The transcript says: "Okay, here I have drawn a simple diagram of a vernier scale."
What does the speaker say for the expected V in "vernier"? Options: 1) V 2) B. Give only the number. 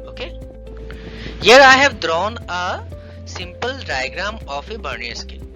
2